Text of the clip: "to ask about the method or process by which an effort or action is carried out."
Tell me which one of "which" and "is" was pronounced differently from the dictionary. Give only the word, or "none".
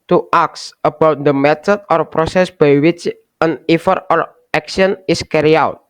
is